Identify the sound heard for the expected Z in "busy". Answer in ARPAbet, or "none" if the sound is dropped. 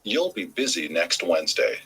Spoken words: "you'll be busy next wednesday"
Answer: Z